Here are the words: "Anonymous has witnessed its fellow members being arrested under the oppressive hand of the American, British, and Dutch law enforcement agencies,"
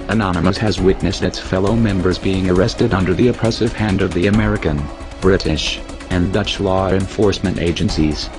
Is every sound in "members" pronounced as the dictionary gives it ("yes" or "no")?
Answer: yes